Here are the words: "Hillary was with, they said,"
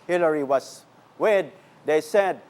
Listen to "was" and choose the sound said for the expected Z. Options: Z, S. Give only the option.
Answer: S